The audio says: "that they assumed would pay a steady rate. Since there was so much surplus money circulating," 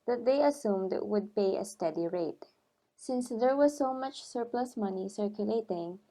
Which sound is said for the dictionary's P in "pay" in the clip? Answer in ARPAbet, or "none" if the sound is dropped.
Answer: P